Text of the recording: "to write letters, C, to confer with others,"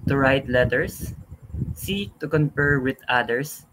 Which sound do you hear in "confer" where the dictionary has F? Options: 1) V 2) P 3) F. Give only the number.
2